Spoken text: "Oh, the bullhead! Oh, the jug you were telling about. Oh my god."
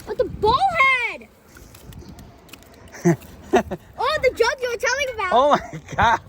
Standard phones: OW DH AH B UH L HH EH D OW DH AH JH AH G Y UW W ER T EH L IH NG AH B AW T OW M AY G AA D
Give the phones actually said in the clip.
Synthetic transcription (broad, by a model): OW DH AH B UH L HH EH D OW DH AH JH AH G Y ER T EH L IH NG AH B AW OW M AY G AA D